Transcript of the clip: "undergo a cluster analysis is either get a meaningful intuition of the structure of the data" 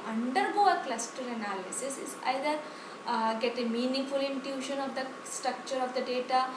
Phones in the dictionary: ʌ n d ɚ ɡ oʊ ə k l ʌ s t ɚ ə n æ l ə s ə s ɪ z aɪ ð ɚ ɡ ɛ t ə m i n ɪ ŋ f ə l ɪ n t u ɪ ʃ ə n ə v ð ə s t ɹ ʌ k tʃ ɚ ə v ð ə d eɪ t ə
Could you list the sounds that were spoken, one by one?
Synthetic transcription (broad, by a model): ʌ n d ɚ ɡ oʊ ə k l ʌ s t ɚ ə n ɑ l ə s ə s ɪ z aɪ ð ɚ ɡ ɛ t ə m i n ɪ f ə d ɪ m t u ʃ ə n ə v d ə s t ɹ ʌ k tʃ ɚ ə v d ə d eɪ t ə